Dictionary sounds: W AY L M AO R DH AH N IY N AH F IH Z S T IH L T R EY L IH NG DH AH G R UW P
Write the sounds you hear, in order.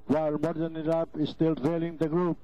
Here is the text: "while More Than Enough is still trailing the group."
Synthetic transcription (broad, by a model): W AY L M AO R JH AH N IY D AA P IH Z S T IH L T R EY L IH NG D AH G R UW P